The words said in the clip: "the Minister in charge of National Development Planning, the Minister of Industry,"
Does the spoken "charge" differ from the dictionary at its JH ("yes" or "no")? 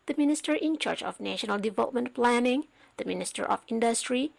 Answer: yes